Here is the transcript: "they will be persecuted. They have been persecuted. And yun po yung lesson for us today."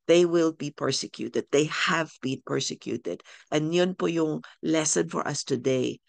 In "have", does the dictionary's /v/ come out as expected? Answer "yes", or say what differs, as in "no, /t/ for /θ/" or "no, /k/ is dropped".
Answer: yes